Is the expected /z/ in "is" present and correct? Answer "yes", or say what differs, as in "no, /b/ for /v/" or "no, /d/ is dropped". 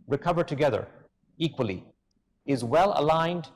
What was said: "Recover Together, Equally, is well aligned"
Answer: yes